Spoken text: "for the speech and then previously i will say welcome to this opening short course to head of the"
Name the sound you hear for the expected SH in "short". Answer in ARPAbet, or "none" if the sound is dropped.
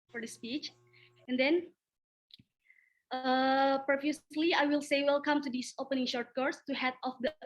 SH